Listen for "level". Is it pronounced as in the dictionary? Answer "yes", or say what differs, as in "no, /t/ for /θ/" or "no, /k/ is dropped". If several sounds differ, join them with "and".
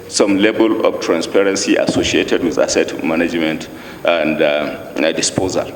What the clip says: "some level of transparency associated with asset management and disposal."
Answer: no, /b/ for /v/